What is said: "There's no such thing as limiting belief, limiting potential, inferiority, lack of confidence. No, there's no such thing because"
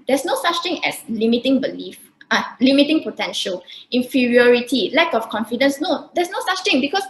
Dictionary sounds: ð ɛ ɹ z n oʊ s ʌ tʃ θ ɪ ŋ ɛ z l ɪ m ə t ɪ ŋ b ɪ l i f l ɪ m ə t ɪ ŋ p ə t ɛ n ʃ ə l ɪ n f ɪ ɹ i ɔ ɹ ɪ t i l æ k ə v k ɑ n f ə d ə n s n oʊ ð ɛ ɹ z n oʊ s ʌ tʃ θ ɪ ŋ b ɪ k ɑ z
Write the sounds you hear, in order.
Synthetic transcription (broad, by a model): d ɛ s n oʊ s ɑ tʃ t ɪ ŋ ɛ s l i m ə t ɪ ŋ b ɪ l i f l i m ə t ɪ ŋ p ə t ɛ n ʃ ə l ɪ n f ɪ ɹ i ɔ ɹ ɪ t i l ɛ k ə f k ɑ n f ə d ə n s n oʊ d ɛ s n oʊ s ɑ tʃ t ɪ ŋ b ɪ k ɑ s